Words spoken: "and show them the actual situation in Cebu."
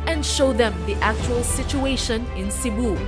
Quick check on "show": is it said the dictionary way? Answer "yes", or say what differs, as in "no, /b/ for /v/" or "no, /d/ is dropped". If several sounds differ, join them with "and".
yes